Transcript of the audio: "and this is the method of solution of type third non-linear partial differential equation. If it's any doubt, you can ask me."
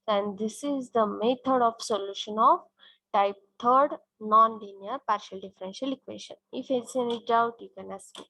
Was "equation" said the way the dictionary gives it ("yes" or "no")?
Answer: no